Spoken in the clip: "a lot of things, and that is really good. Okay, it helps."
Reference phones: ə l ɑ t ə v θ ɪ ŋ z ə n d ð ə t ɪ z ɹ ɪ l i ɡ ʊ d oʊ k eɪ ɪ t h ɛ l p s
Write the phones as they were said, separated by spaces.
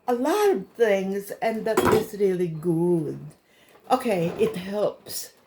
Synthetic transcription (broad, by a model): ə l ɑ t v θ ɪ ŋ z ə n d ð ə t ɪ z ɹ ɪ l i ɡ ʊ d oʊ k eɪ ɪ t h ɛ l p s